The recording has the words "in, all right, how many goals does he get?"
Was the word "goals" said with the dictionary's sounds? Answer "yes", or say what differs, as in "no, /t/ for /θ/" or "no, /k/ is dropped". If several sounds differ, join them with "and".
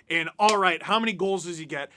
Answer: yes